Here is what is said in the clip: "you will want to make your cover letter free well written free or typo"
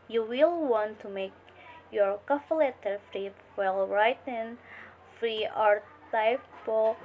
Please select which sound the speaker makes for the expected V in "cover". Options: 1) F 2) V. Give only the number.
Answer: 1